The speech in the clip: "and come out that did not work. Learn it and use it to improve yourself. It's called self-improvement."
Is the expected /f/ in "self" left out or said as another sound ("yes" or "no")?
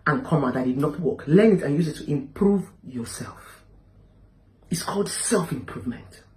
no